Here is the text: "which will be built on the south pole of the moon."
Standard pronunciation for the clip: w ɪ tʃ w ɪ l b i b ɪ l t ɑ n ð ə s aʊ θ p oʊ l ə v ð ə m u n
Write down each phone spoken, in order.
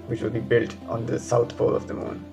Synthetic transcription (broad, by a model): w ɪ tʃ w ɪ l b i b ɪ l t ɑ n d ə s aʊ t p oʊ l ə v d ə m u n